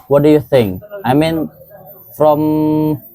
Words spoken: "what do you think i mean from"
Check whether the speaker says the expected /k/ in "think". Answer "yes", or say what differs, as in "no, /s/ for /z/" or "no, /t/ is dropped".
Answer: yes